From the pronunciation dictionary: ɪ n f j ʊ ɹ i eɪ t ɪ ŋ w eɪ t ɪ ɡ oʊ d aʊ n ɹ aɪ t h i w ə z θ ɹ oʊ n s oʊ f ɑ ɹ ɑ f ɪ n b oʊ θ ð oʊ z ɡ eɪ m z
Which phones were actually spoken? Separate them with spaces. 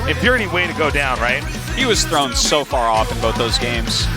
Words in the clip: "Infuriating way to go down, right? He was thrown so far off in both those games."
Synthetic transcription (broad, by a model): ɪ f j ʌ ɹ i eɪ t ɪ w eɪ t ɪ ɡ oʊ d aʊ n ɹ aɪ t h i w ə z θ ɹ oʊ n s oʊ f ɑ ɹ ɑ f ɪ n b oʊ θ ð oʊ z ɡ eɪ m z